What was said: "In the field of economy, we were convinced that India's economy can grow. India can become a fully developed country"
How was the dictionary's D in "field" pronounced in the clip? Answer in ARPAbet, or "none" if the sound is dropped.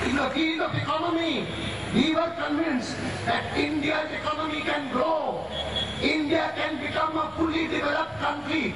none